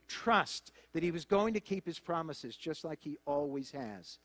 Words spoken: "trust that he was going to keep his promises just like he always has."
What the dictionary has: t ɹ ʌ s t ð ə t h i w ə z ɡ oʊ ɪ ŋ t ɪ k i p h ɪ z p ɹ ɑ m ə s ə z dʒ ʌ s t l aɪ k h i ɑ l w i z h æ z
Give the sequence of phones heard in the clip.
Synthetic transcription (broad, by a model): t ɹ ʌ s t ð ə t h i w ə z ɡ oʊ ɪ ŋ t ɪ k i p h ɪ z p ɹ ɑ m ə s ə z dʒ ʌ s t l aɪ k h i ɑ l w i z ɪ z